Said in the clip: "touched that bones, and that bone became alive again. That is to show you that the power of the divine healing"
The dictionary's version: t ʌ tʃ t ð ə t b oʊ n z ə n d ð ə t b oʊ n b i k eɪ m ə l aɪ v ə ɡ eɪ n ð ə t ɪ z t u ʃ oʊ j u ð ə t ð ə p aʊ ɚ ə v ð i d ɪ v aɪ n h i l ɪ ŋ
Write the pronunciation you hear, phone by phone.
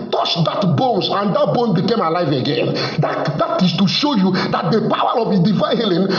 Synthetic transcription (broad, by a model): t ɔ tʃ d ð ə t b oʊ n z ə n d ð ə t b oʊ n b i k eɪ m ə l aɪ v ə ɡ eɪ n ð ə t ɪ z t u ʃ oʊ j u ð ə t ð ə p aʊ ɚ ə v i d ɪ v aɪ n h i l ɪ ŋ